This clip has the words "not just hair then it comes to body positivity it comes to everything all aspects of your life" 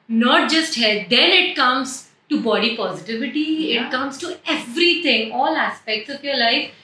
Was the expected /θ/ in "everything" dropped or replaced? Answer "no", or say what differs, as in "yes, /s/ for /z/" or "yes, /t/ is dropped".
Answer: yes, /t/ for /θ/